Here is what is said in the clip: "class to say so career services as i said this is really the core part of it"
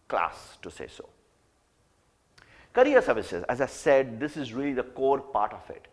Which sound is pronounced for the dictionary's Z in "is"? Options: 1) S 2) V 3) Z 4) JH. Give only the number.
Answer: 3